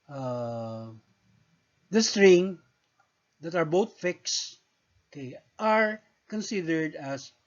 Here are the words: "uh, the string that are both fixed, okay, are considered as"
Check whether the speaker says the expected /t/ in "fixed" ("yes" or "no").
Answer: no